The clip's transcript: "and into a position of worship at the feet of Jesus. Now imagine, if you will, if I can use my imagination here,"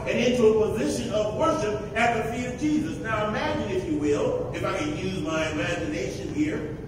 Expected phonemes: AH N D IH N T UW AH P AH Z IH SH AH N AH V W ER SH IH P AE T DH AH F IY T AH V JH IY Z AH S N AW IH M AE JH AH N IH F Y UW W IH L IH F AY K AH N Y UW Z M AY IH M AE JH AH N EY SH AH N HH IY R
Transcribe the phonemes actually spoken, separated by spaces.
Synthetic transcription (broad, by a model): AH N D IH N T UW AH P AH Z IH SH AH N AH V W ER SH IH P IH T DH AH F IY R AH V JH IY Z AH S N AW IH M AE JH AH N IH F Y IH W IH L IH F AY K AH N Y UW Z M AY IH M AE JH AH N EY SH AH N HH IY R